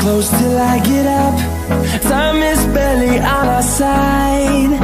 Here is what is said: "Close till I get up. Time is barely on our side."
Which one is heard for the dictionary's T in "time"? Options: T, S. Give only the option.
S